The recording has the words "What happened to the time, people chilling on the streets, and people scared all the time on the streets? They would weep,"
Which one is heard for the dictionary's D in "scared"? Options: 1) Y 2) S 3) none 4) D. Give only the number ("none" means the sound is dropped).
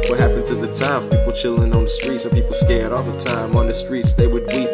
4